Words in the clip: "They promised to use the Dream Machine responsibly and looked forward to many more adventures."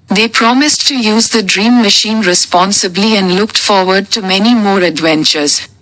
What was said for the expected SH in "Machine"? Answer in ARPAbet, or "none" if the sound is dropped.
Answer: SH